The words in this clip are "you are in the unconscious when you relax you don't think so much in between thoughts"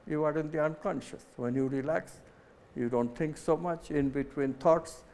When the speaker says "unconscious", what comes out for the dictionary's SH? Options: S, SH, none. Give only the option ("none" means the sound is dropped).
SH